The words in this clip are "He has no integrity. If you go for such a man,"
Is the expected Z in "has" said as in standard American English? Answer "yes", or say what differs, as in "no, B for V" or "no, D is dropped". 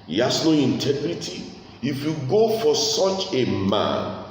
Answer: no, S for Z